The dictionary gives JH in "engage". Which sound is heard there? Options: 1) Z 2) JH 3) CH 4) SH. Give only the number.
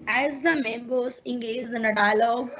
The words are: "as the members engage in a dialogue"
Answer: 1